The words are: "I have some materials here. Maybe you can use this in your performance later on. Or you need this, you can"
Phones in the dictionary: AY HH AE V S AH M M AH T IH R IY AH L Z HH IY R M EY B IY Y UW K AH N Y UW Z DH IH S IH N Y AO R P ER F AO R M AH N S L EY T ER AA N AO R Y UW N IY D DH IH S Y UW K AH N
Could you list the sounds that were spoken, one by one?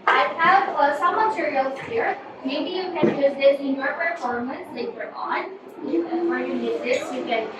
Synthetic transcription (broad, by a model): AY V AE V S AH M M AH T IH R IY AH L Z HH IY R M EY B IY Y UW K AH N Y UW Z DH IH S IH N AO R P ER F AO R M AH N S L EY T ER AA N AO W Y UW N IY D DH IH S Y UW K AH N